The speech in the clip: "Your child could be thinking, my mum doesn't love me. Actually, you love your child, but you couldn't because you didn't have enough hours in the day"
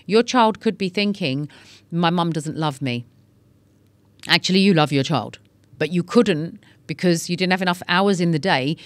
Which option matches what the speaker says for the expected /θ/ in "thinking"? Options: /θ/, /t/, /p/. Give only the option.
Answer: /θ/